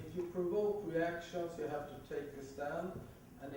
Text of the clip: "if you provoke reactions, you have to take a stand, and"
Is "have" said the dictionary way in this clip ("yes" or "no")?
no